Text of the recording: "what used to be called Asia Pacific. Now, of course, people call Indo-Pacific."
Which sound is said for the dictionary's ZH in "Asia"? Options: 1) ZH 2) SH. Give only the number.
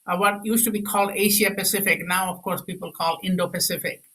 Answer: 2